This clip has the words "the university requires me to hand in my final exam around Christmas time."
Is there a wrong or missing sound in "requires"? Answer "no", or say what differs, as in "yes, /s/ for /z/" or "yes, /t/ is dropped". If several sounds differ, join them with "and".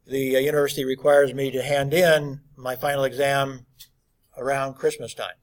no